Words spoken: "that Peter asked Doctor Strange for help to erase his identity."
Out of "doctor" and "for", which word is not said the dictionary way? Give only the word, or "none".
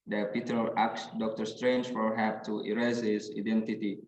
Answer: none